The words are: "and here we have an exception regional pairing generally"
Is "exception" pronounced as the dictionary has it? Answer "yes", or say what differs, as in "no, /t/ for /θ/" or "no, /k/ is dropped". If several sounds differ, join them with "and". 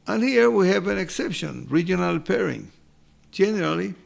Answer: yes